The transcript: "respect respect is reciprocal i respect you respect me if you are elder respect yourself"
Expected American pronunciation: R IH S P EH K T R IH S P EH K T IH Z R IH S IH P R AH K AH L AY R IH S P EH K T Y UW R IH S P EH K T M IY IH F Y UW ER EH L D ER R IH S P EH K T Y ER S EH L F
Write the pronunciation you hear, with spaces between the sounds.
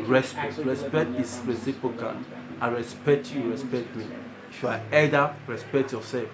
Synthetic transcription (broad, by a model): R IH S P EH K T R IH S P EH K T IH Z R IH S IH P R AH K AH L AY R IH S P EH K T Y UW R IH S P EH K T M IY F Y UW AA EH D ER R IH S P EH K T Y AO S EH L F